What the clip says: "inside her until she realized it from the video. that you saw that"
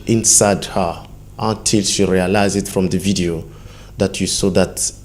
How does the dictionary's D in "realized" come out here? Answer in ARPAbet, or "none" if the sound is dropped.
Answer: none